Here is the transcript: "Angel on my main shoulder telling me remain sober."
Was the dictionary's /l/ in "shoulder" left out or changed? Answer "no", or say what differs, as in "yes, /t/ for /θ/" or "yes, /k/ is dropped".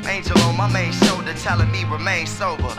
yes, /l/ is dropped